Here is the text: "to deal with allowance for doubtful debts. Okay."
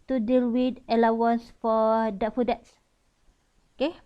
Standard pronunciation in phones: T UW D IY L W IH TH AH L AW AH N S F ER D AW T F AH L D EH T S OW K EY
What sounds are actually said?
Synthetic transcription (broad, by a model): T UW D IY L W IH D AH L AW AH N S F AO D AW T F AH D EH T S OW K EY